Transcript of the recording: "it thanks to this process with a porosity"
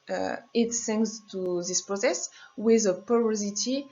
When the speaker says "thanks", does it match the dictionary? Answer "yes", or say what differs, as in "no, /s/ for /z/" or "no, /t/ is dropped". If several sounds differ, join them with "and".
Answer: no, /s/ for /θ/